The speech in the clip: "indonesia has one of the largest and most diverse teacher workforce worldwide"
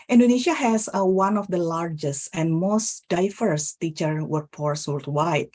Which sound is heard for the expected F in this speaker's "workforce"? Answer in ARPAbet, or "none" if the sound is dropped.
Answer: P